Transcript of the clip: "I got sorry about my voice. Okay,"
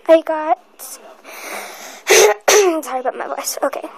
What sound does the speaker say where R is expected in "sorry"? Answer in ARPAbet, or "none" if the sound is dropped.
none